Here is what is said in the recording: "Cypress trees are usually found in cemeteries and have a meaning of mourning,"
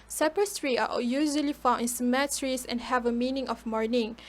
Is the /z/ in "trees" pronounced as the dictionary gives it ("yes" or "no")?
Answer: no